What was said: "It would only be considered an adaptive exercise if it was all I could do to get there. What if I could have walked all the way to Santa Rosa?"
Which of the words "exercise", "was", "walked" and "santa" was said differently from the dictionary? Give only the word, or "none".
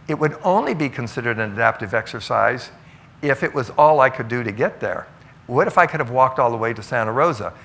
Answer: none